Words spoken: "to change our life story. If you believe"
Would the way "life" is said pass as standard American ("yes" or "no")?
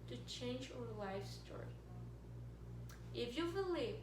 yes